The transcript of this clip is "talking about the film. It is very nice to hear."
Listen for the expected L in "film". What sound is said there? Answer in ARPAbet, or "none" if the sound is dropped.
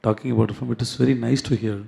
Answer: none